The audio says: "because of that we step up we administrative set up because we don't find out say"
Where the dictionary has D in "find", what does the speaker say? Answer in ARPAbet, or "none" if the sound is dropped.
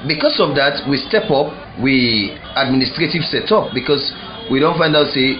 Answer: D